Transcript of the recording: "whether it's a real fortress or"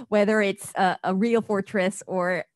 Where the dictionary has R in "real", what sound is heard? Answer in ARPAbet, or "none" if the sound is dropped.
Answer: R